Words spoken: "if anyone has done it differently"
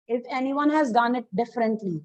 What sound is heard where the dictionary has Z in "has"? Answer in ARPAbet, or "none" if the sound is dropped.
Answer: Z